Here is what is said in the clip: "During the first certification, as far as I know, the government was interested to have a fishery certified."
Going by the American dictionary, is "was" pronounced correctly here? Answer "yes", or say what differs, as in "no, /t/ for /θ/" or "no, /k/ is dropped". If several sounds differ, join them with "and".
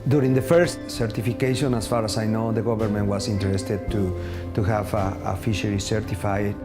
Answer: no, /s/ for /z/